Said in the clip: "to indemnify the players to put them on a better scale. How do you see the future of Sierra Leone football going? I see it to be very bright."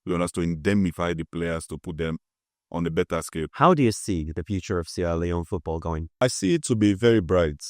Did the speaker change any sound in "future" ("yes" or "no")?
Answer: no